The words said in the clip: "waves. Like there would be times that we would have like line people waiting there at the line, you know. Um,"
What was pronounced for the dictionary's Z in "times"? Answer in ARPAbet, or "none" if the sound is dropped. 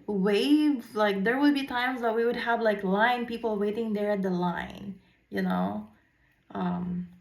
Z